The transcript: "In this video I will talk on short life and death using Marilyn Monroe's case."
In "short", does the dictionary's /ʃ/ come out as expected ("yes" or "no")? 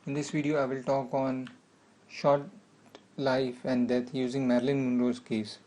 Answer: yes